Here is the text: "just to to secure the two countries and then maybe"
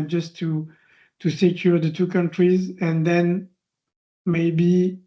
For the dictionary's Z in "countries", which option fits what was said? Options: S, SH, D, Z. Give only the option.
Z